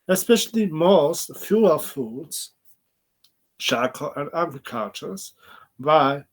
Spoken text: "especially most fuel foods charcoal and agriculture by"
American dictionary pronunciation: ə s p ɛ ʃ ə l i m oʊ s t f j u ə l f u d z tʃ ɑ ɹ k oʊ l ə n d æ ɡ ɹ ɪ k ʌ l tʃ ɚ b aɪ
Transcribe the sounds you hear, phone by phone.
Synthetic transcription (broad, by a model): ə s p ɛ ʃ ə l i m oʊ s t f j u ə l f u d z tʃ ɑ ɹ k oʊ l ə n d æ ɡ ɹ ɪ k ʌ tʃ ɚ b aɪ